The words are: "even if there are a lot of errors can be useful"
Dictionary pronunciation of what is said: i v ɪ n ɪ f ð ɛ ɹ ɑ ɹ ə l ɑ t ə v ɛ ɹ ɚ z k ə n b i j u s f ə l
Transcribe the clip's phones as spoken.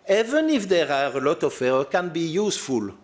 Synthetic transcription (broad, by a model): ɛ v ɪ n ɪ f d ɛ ɹ ɑ ɹ ə l ɑ t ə f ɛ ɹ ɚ k ə n b i j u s f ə l